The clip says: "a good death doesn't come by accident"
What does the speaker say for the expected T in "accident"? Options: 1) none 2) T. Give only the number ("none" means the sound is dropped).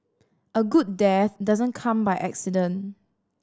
1